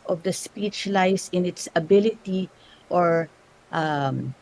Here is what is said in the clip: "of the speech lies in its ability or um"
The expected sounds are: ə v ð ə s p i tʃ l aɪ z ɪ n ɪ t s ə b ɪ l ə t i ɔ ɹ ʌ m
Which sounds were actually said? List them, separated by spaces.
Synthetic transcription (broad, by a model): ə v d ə s p i tʃ l aɪ s ɪ n ɪ t s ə b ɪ l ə t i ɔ ɹ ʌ m